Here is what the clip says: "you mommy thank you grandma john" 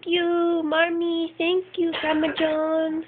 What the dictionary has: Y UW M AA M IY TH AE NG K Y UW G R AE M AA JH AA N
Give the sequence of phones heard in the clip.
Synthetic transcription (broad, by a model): Y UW M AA M IY T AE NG K Y UW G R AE M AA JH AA N